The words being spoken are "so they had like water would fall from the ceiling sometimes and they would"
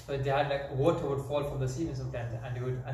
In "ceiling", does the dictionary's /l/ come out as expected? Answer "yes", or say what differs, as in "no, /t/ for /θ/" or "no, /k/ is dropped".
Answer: no, /l/ is dropped